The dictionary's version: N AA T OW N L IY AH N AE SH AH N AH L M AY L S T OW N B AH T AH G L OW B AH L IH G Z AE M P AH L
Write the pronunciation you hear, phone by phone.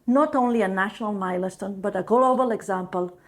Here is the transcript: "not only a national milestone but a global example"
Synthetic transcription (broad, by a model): N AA T OW N L IY AH N AE SH AH N AH L M AY L S T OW N B AH T AH G L OW B AH L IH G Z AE M P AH L